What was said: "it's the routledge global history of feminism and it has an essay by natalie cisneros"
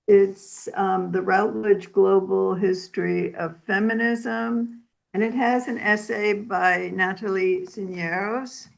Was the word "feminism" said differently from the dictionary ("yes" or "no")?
no